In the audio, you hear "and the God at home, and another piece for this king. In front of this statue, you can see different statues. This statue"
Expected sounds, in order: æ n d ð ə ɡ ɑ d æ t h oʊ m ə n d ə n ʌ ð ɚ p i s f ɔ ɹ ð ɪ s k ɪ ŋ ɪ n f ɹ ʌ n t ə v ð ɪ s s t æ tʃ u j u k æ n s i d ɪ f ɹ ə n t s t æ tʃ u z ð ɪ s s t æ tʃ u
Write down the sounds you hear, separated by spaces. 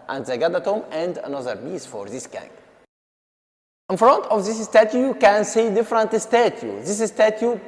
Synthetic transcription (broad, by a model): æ n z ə ɡ ɑ d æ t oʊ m ə n d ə n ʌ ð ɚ b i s f ɔ ɹ ð ɪ s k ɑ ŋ ɪ n f ɹ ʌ n t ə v ð ɪ s s t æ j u j u k æ n s i d ɪ f ɹ ə n t s t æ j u ð ɪ s s t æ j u